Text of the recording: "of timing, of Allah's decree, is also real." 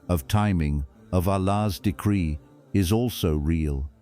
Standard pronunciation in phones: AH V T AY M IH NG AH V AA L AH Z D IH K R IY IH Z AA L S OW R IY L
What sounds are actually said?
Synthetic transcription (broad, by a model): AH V T AY M IH NG AH V AA L AH Z D IH K R IY IH Z AA L S OW R IY L